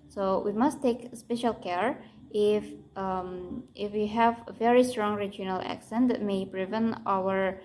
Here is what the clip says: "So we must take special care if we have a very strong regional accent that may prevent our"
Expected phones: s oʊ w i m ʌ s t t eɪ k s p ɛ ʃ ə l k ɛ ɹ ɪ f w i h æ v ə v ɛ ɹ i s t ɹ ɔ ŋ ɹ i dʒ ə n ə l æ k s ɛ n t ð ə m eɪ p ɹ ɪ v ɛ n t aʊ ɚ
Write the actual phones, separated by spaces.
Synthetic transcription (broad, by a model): s oʊ w i m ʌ s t t eɪ k s p ɛ ʃ ə l k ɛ ɹ ɪ f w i h æ v ə v ɛ ɹ i s t ɹ ɔ ŋ ɹ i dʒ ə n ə l æ k s ɛ n t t m eɪ b ɹ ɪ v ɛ n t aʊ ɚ